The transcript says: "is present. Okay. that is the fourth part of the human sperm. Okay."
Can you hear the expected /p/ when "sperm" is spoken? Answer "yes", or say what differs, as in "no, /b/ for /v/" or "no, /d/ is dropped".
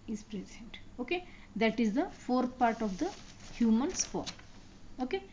no, /f/ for /p/